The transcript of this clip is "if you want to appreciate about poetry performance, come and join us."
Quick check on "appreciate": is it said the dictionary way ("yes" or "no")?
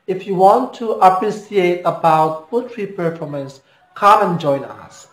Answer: no